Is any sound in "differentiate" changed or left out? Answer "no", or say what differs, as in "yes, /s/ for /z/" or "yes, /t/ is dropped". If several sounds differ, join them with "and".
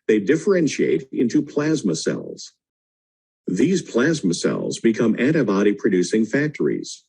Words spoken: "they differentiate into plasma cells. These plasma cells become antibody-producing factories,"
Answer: no